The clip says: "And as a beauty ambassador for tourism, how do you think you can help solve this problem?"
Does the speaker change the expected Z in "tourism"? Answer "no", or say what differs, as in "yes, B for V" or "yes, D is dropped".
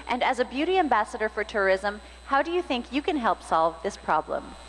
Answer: no